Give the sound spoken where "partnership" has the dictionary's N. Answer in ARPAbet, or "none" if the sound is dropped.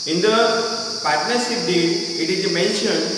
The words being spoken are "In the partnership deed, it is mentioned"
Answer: N